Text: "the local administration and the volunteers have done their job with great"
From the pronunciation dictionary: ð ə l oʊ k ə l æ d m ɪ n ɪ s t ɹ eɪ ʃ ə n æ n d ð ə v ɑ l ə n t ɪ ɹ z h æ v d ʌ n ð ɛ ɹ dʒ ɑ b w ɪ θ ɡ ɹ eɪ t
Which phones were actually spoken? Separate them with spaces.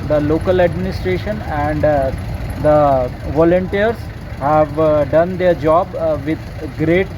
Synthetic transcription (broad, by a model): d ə l oʊ k ə l æ d m ɪ n ɪ s t ɹ eɪ ʃ ə n æ n d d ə v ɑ l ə n t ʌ ɹ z h æ v d ʌ n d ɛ ɹ dʒ ɑ b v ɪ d ɡ ɹ eɪ t